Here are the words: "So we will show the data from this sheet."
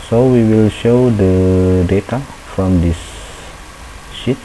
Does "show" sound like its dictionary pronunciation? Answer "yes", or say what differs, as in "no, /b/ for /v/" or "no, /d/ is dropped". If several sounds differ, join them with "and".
yes